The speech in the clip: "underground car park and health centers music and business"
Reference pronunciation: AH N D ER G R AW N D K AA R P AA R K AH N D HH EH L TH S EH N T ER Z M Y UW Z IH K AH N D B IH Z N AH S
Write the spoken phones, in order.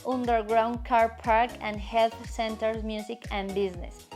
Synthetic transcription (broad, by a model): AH N D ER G R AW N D K AA R P AA R K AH N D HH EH L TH S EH N T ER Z M Y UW S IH K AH N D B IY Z N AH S